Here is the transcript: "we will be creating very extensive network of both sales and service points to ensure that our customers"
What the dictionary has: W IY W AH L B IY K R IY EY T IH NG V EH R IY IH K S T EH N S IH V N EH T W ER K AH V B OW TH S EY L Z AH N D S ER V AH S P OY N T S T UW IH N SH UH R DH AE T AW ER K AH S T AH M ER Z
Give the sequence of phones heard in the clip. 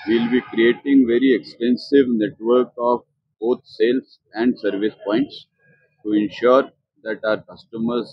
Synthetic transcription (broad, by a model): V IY L B IY K R IY EY T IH NG V EH R IY IH K S T EH N S IH V N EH T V ER K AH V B OW T S EY L S AH N D S ER V AH S P OY N T S T UW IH N SH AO R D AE T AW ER K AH S T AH M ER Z